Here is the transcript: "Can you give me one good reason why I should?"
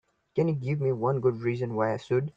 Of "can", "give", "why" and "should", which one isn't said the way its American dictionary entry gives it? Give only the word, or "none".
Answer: should